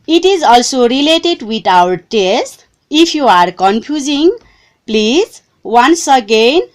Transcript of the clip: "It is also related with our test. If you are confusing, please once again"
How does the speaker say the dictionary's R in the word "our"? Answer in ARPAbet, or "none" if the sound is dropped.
W